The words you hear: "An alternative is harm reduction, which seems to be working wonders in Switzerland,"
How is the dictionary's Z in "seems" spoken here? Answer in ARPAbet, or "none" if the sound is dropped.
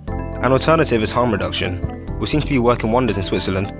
none